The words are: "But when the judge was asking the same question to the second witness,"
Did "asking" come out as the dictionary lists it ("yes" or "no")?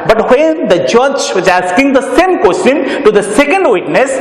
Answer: yes